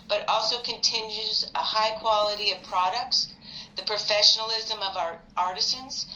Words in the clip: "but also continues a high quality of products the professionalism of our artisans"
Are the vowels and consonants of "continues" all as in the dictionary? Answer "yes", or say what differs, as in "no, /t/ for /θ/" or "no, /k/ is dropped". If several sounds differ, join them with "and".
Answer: yes